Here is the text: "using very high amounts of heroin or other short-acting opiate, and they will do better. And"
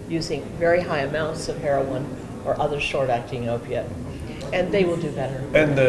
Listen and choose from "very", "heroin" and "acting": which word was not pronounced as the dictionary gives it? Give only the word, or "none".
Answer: none